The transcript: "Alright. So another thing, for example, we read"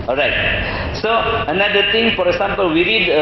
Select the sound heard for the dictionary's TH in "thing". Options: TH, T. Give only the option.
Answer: T